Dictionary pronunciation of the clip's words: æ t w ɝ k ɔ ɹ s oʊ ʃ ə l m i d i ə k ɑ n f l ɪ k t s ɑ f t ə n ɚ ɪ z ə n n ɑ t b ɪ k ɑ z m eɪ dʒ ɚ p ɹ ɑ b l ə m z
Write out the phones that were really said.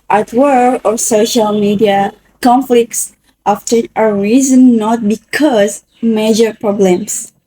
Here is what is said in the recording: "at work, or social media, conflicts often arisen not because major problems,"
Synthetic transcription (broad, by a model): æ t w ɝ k ɔ ɹ s oʊ ʃ ə l m i d i ə k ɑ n f l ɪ k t s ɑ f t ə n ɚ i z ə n n ɑ t b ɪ k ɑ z m eɪ dʒ ɚ p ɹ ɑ b l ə m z